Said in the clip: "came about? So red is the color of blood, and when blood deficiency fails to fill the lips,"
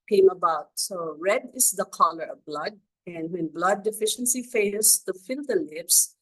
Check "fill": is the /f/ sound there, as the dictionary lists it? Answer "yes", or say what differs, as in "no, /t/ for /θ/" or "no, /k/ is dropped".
yes